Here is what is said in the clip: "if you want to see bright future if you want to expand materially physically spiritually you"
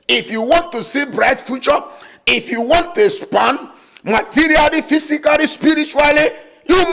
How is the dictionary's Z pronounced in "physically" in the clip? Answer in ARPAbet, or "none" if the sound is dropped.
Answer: S